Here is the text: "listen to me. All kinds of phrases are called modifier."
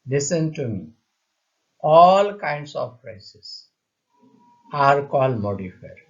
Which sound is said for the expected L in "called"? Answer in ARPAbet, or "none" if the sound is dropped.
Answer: L